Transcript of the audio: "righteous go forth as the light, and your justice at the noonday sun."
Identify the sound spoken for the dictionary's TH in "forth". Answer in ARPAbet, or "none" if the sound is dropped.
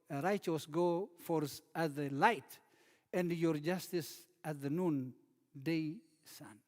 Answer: S